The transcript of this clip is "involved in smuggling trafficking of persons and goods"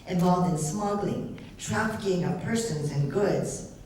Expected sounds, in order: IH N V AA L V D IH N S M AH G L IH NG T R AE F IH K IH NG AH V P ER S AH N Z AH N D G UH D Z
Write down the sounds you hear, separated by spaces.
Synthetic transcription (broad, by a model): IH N V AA L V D IH N S M AH G L IH NG T R AE F IH K IH NG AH P ER S AH N Z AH N G UH D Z